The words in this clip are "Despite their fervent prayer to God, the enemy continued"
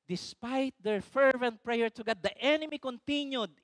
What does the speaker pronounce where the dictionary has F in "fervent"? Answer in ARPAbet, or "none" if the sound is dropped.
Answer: F